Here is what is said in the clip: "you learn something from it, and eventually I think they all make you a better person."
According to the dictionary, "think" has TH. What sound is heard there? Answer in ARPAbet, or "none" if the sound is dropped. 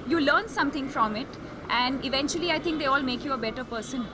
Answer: T